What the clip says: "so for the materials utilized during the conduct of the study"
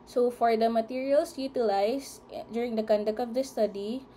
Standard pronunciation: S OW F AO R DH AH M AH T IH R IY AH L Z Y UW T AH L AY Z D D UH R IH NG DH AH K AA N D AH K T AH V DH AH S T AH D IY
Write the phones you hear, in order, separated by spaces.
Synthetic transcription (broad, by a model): S OW F AO R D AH M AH T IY R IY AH L S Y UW T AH L AY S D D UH R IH NG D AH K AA N D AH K AH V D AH S T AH D IY